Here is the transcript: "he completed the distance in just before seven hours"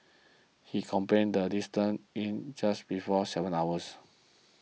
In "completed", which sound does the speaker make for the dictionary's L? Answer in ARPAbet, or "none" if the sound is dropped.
none